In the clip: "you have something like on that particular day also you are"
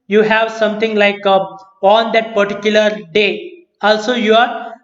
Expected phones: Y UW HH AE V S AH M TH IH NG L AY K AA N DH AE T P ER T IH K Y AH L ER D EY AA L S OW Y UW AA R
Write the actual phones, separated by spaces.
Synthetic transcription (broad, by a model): Y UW HH AE V S AH M T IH NG L AY K AA N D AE T P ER T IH K Y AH L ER D EY AA L S OW Y UW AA R